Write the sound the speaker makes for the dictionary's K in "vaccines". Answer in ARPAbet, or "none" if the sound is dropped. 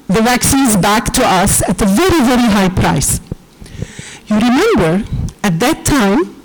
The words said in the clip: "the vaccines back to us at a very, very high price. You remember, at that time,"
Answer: K